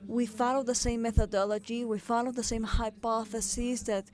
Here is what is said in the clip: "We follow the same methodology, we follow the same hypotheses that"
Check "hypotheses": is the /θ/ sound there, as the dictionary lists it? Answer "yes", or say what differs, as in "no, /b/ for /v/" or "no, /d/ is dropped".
yes